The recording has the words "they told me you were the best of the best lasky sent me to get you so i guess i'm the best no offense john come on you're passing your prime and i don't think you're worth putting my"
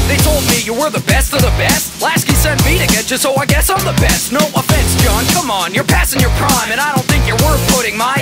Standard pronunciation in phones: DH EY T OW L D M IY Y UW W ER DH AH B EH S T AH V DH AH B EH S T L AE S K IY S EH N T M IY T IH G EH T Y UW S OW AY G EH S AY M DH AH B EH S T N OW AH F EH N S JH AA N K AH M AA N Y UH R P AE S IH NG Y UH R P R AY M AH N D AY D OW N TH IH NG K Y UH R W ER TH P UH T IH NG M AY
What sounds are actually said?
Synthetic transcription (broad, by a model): DH EY T OW L D M IY Y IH W ER DH AH B EH S T AH V DH AH B EH S T L AE S K IY S EH N M IY T IH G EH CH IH S OW AY G EH S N DH AH B EH S T N OW AH F EH N S JH AA N K AH M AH N Y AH R P AE S IH NG Y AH R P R AY M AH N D AY D OW N TH IH NG K Y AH R W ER P UH T IH NG M AY